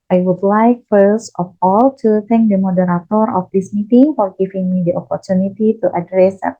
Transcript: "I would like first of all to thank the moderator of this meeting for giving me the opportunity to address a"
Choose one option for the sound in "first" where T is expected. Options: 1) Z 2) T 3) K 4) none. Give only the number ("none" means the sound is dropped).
2